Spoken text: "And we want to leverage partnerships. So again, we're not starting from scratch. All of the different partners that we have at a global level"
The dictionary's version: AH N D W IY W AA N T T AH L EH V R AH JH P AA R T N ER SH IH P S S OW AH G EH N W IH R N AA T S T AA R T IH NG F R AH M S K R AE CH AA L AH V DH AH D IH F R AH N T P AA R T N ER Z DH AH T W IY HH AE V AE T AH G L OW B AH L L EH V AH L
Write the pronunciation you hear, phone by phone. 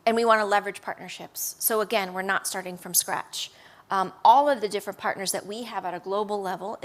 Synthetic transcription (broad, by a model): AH N W IY W AA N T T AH L EH V R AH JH P AA R T N ER SH IH P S S OW AH G EH N W IH R N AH T S T AA R T IH NG F R AH M S K R AE CH AA L AH V DH AH D IH F R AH N P AA R T N ER Z DH AH T W IY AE V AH T AH G L OW B L L EH V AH L